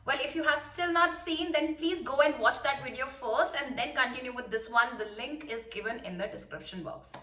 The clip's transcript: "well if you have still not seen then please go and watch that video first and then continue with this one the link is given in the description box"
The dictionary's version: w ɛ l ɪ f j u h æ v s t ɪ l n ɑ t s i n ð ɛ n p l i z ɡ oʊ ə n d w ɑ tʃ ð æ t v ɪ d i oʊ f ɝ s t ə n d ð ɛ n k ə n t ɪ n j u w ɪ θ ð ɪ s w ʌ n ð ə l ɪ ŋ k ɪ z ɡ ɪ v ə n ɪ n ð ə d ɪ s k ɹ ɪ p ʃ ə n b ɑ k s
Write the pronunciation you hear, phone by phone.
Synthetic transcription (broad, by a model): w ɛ l ɪ f j u h æ v s t ɪ l n ɑ t s i n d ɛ n p l i z ɡ oʊ ə n d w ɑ tʃ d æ t v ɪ d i oʊ f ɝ s t ə n d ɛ n k ə n t ɪ n j u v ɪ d ɪ s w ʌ n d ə l ɪ ŋ k ɪ z ɡ ɪ v ə n ɪ n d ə d ɪ s k ɹ ɪ p ʃ ə n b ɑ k s